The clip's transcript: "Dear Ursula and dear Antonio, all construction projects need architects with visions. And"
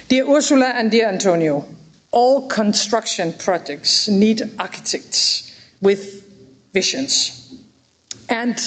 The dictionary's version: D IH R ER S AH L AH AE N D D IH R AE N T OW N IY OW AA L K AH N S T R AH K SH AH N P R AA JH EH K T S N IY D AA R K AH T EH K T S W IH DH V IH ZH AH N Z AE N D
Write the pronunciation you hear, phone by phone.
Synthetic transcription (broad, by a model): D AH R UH S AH L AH AE N D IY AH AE N T OW N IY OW AA L K AH N S T R AH K SH AH N P R AA JH EH K T S N IY D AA K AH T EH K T S W IH DH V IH SH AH N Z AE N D